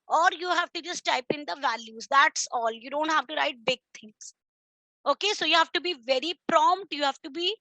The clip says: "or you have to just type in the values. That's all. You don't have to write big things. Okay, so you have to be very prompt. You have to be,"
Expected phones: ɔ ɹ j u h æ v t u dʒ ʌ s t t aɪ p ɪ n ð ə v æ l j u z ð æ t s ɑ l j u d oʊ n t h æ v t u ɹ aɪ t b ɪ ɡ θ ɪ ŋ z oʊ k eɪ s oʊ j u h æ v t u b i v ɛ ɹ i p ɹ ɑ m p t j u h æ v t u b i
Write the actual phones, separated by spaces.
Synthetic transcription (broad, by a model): ɔ ɹ j u h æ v t u dʒ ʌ s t t aɪ p ɪ n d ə v æ l j u z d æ t s ɑ l j u d oʊ n t h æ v t u ɹ aɪ t b ɪ ɡ t ɪ ŋ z oʊ k eɪ s oʊ j u h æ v t u b i v ɛ ɹ i p ɹ ɑ m p t j u h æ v t u b i